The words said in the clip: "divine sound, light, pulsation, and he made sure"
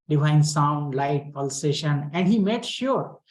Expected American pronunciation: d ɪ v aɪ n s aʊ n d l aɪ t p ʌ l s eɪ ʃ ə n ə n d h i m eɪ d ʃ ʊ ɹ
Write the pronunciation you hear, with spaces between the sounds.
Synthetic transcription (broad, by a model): d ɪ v aɪ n s aʊ n d l aɪ t p ʌ l s eɪ ʃ ə n ə n d h i m eɪ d ʃ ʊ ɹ